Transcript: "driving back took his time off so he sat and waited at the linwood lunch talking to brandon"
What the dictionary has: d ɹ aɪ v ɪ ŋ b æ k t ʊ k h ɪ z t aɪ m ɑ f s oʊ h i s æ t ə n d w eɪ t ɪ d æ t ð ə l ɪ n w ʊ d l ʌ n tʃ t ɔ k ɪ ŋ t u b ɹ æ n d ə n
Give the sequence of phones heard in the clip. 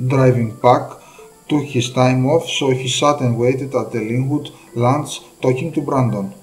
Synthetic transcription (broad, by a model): d ɹ aɪ v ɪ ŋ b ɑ k t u k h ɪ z t aɪ m ɑ f s oʊ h i s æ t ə n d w eɪ t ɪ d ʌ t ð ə l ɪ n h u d l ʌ n s t ɔ k ɪ ŋ t u b ɹ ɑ n d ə n